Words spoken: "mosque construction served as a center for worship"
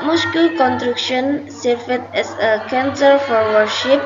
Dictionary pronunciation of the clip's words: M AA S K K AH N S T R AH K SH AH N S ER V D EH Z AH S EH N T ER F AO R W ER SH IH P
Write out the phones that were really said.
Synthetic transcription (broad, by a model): M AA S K K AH N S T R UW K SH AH N S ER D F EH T AH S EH N S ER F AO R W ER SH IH P